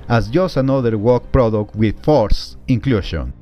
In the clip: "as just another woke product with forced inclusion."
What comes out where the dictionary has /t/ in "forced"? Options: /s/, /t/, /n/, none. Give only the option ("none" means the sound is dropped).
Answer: none